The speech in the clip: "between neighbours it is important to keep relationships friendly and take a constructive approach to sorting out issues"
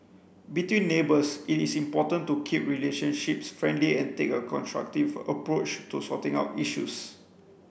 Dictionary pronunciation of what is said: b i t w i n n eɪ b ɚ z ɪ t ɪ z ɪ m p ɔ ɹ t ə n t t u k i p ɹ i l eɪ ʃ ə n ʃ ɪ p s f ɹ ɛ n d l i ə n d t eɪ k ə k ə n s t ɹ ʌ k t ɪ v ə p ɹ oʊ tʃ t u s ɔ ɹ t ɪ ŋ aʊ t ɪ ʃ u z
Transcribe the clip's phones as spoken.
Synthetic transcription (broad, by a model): b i t w i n n eɪ b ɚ s ɪ t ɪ s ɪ m p ɔ t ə n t t u k i p ɹ i l eɪ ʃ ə n ʃ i p s f ɹ ɛ n d l i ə n t eɪ k ə k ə n s t ɹ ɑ k t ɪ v ə p ɹ oʊ tʃ t u s ɔ t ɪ ŋ aʊ t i ʃ u s